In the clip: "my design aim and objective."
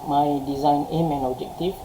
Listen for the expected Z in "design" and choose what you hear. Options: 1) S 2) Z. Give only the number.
2